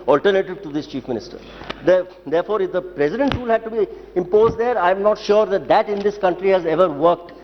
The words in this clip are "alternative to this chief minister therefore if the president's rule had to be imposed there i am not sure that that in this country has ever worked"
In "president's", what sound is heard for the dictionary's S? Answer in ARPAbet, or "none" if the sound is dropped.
none